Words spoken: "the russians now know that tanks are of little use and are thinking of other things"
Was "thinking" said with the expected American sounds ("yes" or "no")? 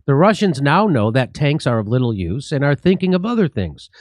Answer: yes